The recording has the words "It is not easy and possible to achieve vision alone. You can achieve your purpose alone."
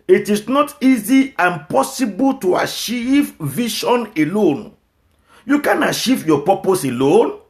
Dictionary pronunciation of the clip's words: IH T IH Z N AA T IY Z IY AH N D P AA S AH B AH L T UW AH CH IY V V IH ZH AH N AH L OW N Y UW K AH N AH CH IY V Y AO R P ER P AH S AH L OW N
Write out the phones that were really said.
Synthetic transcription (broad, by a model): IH T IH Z N AA T IY Z IY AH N P AA S AH B AH L T UW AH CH IY V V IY SH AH N AH L OW N Y UW K AH N AH CH IY V Y AO P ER P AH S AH L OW N